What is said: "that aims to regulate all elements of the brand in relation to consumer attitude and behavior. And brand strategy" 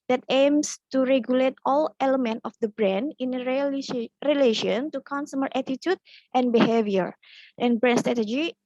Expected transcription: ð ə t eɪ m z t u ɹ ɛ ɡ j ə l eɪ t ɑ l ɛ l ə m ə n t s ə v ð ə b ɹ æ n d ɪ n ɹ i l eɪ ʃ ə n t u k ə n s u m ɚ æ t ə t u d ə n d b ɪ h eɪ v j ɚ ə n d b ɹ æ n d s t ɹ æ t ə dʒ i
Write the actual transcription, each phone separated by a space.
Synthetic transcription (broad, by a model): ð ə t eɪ m s t u ɹ ɛ ɡ j ə l eɪ t ɑ l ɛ l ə m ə n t ə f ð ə b ɹ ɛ n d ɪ n ɹ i l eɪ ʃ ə n t u k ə n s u m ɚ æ t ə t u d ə n b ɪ h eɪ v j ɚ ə n b ɹ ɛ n s t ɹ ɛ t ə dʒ i